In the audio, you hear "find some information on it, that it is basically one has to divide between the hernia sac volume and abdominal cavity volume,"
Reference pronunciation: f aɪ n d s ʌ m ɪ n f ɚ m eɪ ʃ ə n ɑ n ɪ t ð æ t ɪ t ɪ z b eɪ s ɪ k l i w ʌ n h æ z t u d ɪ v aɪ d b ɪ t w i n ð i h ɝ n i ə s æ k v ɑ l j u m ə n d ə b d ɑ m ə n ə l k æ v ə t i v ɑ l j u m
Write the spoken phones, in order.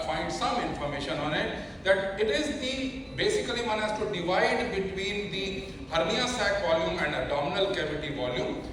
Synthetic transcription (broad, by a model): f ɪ n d s ʌ m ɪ n f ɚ m eɪ ʃ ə n ɑ n ɪ t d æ t ɪ t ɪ z b eɪ s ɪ k l i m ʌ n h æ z t u d ɪ v aɪ d b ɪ t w i n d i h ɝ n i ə s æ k v ɑ l j u m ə n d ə d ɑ m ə n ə l k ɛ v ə t i v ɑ l j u m